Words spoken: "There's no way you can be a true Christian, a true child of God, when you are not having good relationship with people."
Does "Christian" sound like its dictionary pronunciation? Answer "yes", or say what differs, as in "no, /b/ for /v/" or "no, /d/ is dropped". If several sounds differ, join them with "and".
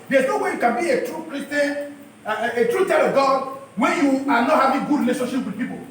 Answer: no, /n/ is dropped